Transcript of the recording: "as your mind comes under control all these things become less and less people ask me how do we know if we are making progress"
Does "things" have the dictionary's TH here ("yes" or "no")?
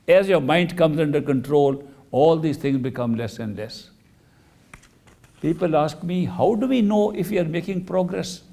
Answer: no